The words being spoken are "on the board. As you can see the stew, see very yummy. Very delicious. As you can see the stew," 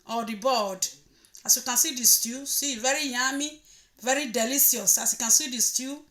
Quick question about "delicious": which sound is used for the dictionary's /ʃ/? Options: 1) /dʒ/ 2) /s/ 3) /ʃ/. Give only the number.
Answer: 2